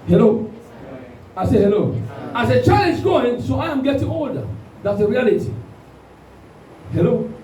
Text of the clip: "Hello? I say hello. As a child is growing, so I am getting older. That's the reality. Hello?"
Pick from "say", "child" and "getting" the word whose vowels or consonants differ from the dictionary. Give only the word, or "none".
child